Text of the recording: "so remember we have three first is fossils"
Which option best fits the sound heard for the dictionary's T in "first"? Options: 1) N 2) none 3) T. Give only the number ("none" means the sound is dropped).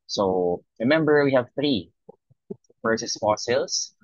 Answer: 2